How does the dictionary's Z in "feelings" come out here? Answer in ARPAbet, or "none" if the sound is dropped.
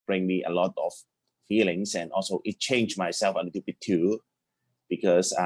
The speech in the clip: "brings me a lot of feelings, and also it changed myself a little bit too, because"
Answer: S